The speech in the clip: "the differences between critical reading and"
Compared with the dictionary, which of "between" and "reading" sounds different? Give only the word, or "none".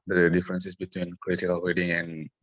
reading